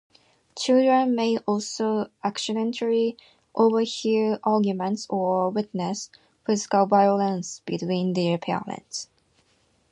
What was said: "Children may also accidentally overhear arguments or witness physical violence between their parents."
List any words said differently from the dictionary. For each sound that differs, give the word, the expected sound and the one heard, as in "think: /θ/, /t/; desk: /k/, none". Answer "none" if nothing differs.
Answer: parents: /ɹ/, /l/